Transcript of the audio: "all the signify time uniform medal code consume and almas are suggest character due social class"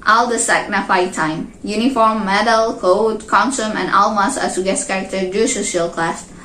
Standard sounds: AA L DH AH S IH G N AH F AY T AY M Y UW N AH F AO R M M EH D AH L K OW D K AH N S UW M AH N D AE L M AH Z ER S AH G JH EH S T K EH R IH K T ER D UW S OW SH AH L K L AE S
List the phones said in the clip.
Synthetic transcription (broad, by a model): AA L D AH S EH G N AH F AY T AY M Y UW N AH F AO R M M EH D AH L K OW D K AH N S UW M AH N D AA L M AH S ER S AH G EH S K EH R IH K T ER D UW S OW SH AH L K L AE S